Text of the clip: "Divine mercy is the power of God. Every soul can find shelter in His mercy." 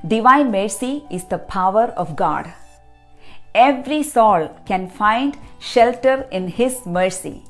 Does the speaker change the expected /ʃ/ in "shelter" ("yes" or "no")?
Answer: no